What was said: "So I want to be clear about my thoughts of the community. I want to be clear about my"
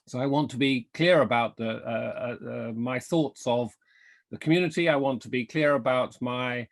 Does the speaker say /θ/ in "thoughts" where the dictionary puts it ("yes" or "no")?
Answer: yes